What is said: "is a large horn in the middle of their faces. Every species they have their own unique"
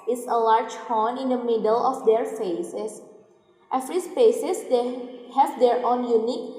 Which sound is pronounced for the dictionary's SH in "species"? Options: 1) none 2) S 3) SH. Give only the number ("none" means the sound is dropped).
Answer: 2